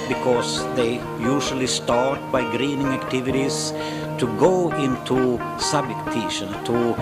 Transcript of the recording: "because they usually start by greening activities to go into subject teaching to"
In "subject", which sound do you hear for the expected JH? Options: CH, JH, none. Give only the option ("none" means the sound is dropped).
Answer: none